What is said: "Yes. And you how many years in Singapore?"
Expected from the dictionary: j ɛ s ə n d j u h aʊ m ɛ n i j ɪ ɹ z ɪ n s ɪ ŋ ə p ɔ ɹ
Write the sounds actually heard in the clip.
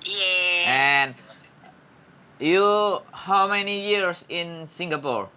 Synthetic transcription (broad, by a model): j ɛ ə n j u h aʊ m ɛ n i j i ɹ s ɪ n s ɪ ŋ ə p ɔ ɹ